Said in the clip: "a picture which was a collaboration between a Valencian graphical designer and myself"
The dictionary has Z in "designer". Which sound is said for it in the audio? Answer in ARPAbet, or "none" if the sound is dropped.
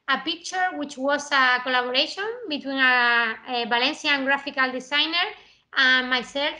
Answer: S